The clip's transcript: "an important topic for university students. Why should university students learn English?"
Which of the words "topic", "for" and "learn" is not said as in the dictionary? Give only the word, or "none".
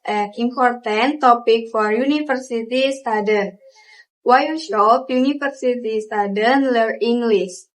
learn